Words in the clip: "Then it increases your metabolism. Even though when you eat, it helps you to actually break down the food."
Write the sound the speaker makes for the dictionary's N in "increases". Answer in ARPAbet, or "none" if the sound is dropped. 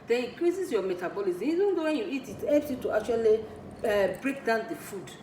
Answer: none